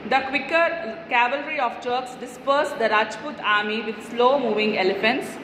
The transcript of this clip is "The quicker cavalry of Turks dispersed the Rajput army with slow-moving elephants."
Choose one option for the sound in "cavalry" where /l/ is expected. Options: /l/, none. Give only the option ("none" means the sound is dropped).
/l/